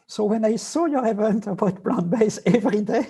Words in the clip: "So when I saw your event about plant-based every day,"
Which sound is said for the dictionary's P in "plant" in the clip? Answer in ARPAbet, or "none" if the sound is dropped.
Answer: B